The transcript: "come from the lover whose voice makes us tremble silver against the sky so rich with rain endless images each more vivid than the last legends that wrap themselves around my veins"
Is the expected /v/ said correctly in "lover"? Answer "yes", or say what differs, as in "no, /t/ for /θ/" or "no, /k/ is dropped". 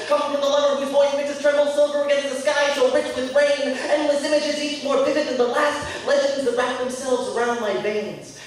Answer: no, /v/ is dropped